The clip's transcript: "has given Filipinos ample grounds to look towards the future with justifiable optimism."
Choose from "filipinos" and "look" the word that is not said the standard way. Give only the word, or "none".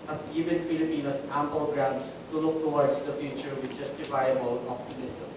filipinos